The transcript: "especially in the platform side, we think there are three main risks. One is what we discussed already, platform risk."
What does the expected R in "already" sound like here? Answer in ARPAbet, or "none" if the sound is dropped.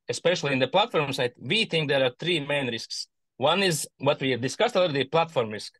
none